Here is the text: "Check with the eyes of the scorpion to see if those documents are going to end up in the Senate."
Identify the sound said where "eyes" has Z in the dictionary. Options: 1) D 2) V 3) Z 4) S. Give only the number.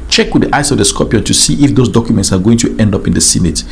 4